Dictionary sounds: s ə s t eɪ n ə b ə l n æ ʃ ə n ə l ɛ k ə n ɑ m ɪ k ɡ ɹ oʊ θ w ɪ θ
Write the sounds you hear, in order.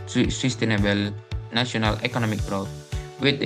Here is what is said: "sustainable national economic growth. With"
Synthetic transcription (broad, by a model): s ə s t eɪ n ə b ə l n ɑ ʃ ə n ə l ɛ k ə n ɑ m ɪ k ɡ ɹ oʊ t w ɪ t